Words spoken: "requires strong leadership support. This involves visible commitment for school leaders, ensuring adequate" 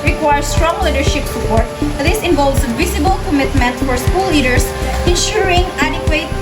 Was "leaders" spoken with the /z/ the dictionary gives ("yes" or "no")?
no